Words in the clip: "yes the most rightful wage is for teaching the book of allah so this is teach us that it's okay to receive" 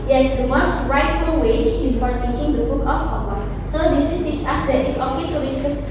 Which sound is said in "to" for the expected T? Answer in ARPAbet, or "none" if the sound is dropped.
S